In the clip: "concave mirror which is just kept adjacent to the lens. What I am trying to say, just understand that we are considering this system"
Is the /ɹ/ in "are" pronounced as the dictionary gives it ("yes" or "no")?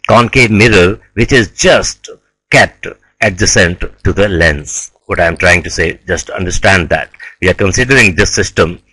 yes